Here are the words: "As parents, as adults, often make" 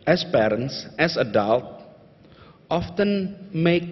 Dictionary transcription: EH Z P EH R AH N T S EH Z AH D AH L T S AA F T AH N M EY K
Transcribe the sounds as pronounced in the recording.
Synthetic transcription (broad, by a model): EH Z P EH R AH N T S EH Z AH D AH L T AA F T AH N M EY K